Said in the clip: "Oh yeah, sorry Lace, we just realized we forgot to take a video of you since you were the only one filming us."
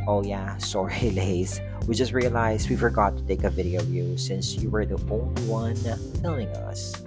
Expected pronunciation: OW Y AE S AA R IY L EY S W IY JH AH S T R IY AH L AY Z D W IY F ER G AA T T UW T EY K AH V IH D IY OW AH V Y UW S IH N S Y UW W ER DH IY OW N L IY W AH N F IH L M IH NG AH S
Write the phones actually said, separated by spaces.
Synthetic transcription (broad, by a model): OW Y AE S AA R IY L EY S W IY JH AH S T R IY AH L AY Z W IY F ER G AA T T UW T EY K AH V IH D IY OW AH V Y UW S IH N S Y UW W ER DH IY OW N L IY W AH N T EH L IH NG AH S